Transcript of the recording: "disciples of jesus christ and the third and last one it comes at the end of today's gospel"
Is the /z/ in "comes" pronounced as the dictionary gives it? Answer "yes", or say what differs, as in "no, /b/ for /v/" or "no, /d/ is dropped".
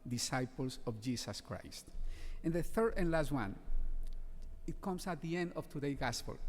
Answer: no, /s/ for /z/